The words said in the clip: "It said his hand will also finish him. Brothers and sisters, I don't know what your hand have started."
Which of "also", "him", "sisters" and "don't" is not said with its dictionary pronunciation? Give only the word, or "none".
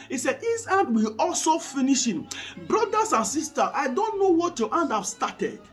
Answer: sisters